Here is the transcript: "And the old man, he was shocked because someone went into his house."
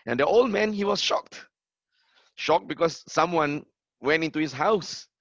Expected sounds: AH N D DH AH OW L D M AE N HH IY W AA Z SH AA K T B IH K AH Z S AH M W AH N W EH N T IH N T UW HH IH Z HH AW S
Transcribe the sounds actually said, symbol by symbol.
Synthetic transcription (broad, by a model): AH N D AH OW L D M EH N HH IY W AA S SH AA K T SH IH K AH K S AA M W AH N W EH N T IH N T UW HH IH S HH AW S